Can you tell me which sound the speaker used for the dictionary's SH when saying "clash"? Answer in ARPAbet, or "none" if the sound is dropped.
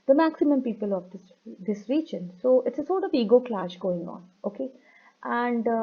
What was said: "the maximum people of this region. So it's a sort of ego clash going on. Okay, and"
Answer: SH